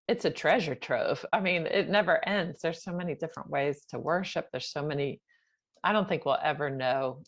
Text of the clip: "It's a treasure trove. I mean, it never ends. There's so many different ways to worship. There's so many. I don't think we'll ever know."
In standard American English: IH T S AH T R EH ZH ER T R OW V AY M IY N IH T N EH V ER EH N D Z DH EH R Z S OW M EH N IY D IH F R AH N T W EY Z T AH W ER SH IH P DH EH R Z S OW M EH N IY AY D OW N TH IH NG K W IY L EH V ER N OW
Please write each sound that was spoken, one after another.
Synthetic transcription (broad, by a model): IH T S AH T R EH ZH ER T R OW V AY M IY N IH T N EH V ER EH N D Z DH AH R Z S OW M EH N IY D IH F R AH N T W EY Z T AH W ER SH IH P DH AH R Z S OW M EH N IY AY D OW N TH IH NG K W IY L EH V ER N OW